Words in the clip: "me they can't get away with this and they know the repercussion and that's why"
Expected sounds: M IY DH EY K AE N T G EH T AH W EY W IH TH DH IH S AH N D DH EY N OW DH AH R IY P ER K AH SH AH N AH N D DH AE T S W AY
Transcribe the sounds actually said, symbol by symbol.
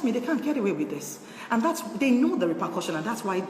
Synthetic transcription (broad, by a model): M IY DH EY K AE N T G EH T AH W EY W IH DH IH S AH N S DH EY N OW DH AH R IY P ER K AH SH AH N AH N DH AE T S W AY